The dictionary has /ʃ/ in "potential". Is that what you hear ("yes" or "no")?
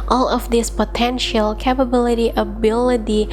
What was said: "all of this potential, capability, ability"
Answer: yes